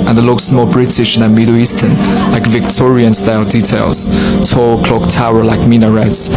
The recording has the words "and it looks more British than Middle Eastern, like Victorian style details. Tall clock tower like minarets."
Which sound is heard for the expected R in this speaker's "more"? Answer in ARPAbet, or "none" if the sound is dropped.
L